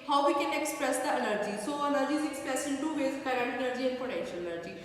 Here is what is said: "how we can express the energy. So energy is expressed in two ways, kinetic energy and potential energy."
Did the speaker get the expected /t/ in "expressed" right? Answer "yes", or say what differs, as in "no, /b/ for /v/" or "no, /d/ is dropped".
no, /t/ is dropped